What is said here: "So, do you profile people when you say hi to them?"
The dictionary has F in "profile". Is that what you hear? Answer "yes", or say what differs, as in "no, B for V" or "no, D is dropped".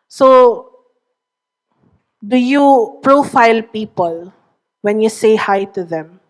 yes